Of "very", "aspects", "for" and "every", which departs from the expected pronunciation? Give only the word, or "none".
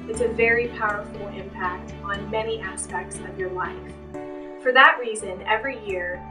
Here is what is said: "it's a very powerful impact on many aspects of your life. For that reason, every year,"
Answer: none